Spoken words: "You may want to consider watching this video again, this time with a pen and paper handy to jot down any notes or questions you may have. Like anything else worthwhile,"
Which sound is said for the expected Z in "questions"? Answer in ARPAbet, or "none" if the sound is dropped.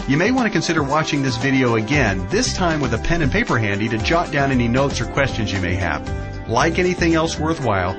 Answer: Z